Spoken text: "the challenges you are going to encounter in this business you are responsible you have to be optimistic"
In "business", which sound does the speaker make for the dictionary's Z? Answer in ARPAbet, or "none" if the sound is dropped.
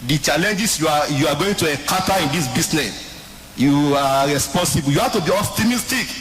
S